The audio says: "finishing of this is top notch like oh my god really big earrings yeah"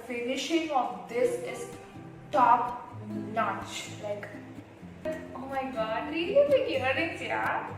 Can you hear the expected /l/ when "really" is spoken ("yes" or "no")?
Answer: no